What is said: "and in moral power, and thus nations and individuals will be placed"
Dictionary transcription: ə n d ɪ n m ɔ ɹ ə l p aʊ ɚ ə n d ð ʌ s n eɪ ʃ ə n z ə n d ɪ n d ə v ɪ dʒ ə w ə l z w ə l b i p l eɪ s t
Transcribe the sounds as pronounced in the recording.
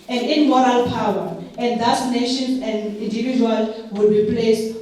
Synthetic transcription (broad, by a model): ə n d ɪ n m ɔ ɹ ə l p aʊ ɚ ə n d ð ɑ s n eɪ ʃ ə n ə n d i n d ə v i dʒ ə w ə l w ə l b i p l eɪ s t